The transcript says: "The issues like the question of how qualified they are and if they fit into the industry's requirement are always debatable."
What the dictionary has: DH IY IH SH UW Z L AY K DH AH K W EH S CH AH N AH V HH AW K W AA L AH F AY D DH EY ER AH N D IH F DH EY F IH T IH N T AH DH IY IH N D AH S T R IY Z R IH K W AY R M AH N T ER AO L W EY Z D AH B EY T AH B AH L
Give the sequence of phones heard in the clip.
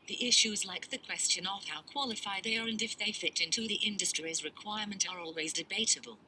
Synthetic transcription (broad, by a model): DH IY IH SH UW Z L AY K DH AH K W EH S CH AH N AH V HH AW K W AA L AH F AY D DH EY ER AH N D IH F DH EY F IH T IH N T AH DH IY IH N D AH S T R IY Z R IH K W AY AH M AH N T ER AO L W EY Z D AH B EY T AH B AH L